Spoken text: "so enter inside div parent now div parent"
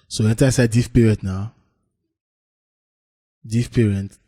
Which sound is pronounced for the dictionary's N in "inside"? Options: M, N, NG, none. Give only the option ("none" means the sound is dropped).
none